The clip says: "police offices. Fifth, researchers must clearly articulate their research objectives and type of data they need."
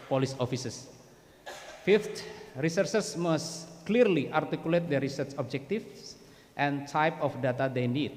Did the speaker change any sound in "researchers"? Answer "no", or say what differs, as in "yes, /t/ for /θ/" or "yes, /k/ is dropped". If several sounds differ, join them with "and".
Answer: yes, /s/ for /tʃ/ and /s/ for /z/